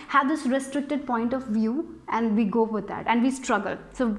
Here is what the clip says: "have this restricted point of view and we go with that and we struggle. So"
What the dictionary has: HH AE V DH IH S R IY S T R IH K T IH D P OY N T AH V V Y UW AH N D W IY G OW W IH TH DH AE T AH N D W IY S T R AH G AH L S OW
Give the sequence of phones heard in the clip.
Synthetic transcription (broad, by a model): HH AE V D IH S R IY S T R IH K T IH D P OY N T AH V V Y UW AH N D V IY G OW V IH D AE T AH N D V IY S T R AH G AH L S OW